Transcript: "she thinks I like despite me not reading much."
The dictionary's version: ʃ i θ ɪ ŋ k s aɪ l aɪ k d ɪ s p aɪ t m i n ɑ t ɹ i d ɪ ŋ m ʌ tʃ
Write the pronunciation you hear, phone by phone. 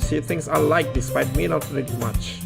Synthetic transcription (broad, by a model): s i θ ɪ ŋ s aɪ l aɪ k d ɪ s p aɪ t m i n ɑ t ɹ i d m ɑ tʃ